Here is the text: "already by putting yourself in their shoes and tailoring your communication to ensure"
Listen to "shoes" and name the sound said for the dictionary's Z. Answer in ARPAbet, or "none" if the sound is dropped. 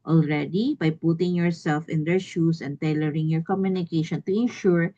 S